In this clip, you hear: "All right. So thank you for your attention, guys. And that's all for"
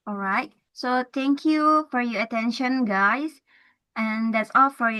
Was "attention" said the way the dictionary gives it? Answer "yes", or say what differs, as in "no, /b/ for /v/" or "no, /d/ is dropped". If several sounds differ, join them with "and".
yes